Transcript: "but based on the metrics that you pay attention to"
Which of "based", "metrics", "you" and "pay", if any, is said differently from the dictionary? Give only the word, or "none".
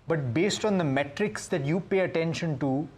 none